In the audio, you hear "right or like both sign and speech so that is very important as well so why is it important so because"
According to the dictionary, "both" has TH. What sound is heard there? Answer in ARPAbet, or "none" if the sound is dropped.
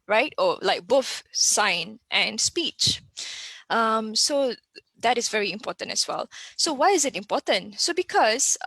F